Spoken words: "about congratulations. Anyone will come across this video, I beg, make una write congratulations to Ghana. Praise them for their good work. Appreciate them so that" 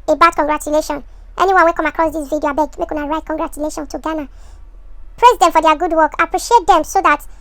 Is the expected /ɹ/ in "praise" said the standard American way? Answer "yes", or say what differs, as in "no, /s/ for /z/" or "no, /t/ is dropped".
yes